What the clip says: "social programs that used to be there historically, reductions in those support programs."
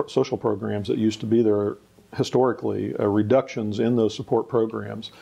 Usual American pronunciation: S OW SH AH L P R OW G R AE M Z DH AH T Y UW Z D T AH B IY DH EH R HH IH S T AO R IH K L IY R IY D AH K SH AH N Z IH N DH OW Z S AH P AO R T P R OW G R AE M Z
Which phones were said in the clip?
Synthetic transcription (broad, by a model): S OW SH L P R OW G R AE M Z DH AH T Y UW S T AH B IY DH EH R HH IH S T AO R IH K L IY R IY D AH K SH AH N Z IH N DH OW Z S AH P AO R T P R OW G R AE M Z